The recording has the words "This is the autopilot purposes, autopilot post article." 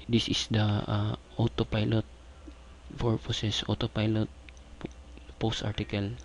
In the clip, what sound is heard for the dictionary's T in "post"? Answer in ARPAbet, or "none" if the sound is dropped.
T